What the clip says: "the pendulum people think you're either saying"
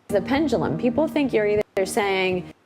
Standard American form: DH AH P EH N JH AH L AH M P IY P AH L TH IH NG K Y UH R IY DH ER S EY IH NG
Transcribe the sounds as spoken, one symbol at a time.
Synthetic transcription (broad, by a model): DH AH P EH N JH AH L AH M P IY P L TH IH NG K Y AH R IY DH ER S EY IH NG